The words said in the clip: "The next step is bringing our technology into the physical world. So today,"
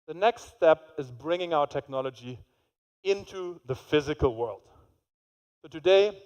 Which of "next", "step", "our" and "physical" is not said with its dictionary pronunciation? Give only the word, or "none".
none